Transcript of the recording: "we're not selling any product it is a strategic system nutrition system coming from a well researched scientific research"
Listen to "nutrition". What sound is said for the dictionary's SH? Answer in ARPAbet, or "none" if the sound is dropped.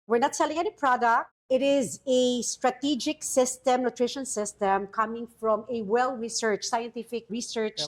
SH